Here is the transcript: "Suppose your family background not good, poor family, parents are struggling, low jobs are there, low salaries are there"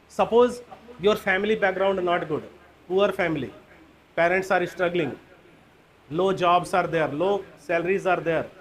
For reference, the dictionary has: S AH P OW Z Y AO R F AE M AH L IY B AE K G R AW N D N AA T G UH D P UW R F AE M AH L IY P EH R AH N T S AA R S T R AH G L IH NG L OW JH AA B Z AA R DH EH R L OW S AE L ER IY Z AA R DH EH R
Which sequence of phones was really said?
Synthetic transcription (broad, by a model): S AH P OW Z Y AO R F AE M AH L IY B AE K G R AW N D N AA T G UH D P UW R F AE M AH L IY P EH R AH N T S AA R S T R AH G L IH NG L OW JH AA B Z AA R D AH R L OW S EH L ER IY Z AA R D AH R